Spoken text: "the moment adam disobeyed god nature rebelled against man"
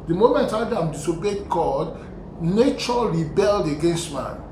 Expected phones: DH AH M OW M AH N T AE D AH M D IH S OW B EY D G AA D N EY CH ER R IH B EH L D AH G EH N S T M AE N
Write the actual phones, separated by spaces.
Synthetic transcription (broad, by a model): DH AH M OW M AH N T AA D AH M D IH S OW B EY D G AA D N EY CH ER R IH B EH L D AH G EH N S T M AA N